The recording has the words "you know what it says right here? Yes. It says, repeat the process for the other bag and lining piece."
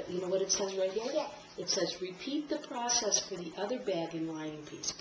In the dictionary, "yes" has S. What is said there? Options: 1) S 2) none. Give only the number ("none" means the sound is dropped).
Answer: 2